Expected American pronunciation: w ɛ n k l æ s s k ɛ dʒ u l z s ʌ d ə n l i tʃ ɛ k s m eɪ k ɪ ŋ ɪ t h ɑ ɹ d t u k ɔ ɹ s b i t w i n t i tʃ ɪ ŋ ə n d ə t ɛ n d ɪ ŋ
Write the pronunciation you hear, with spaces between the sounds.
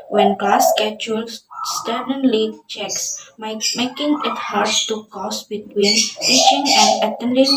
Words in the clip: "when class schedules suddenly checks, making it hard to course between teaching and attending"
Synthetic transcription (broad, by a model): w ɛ n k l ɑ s s k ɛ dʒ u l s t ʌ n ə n l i tʃ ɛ k s m eɪ k ɪ ŋ ɪ t h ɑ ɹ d t u k ɔ s b i t w i n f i ʃ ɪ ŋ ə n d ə t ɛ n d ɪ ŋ